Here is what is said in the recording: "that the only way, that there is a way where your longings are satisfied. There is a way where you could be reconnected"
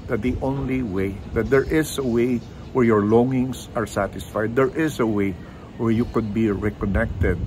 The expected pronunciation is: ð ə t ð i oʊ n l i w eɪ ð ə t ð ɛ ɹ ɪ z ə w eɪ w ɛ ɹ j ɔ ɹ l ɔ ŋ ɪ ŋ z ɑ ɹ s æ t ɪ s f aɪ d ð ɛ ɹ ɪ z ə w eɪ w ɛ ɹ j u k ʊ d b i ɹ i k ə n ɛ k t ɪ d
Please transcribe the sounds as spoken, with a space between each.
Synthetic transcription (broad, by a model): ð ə t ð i oʊ n l i w eɪ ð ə t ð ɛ ɹ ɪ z ə w eɪ w ɛ ɹ j ɔ ɹ l ɔ ŋ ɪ ŋ s ɑ ɹ s æ t ɪ s f aɪ d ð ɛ ɹ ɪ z ə w eɪ w ɛ ɹ j u k ʊ d b i ɹ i k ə n ɛ k t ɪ d